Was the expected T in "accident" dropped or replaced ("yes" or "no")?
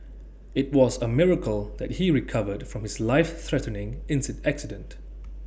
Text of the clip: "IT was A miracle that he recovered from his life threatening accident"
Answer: no